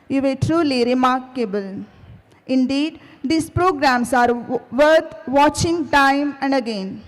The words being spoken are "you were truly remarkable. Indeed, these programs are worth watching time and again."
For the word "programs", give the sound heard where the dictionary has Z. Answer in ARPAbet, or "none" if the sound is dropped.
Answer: S